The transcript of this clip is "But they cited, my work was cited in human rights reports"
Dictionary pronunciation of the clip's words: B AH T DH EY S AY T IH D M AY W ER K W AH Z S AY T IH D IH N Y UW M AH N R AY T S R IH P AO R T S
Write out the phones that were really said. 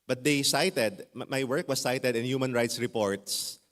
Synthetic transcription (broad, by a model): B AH T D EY S AY T IH D M AY W ER K W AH S AY T IH D IH N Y UW M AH N R AY T S R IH P AO R T S